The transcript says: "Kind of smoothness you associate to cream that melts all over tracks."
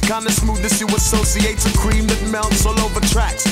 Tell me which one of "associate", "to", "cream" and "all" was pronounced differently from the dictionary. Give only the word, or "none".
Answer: to